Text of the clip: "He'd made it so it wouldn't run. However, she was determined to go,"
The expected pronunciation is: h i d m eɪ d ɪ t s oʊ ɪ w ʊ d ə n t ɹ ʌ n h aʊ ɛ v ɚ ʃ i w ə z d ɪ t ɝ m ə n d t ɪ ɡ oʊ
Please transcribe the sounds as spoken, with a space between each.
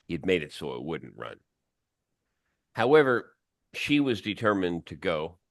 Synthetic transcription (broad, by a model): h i d m eɪ d ɪ t s oʊ ɪ w ʊ d n t ɹ ʌ n h aʊ ɛ v ɚ ʃ i w ə z d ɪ t ɝ m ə n t ɪ ɡ oʊ